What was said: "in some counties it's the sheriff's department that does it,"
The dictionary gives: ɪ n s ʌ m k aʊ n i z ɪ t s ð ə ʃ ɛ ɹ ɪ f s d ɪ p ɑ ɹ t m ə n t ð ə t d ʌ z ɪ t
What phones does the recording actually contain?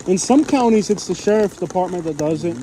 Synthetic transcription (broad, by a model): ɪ n s ʌ m k aʊ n i z ɪ t s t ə ʃ ɛ ɹ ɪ f d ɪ p ɑ ɹ t m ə n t ð ə t d ʌ z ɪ t